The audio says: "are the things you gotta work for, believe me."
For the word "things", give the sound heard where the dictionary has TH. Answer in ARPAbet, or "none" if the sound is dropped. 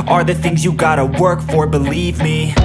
TH